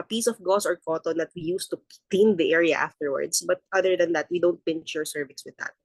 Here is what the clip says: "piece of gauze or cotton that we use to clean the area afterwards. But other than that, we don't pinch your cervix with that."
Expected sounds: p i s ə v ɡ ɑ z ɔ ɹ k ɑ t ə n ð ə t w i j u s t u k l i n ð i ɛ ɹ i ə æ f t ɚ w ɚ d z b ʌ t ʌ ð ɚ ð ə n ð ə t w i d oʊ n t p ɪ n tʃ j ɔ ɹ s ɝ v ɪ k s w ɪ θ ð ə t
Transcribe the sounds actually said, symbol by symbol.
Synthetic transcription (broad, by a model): p i s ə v ɡ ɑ s ɔ ɹ k ɑ t ə n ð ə t w i j u s t u k l i n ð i ɛ ɹ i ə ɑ f t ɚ w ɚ d s b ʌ t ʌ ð ɚ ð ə n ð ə t w i d oʊ n t p ɪ n tʃ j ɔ ɹ s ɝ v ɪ s w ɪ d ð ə t